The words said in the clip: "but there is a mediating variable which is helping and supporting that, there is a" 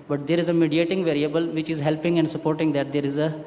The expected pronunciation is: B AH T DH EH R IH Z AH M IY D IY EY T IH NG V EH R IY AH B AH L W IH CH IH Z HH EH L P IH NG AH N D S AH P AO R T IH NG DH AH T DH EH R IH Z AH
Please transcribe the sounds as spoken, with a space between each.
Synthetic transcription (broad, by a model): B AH T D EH R IH Z AH M IY D IY EY T IH NG V EH R IY AH B AH L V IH CH IH Z HH EH L P IH NG AH N D S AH P AO R T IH NG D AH T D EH R IH Z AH